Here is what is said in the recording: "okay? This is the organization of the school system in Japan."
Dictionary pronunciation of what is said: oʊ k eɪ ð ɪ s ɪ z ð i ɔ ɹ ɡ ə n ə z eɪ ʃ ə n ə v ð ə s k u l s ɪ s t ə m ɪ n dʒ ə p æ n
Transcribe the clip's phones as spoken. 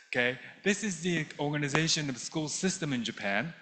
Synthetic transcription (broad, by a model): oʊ k eɪ ð ɪ s ɪ z ð i ɔ ɹ ɡ ə n ə z eɪ ʃ ə n ə v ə s k u l s ɪ s t ə m ɪ n dʒ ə p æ n